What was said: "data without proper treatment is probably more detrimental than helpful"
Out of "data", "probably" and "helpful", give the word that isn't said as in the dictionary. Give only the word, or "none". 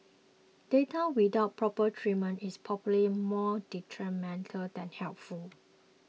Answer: probably